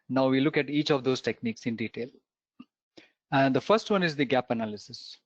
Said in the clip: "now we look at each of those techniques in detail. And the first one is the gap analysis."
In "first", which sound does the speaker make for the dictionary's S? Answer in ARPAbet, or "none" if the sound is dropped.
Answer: S